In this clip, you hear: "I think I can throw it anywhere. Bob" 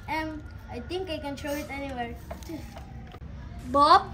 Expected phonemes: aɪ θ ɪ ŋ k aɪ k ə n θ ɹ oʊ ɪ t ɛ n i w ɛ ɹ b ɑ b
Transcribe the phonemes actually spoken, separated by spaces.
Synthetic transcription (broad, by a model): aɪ t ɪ ŋ k aɪ k ə n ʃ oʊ ɪ t ɛ n i w ɛ ɹ b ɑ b